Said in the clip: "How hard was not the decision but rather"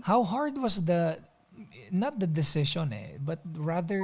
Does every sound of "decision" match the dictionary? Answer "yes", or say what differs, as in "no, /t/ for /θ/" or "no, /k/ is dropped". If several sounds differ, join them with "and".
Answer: no, /ʃ/ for /ʒ/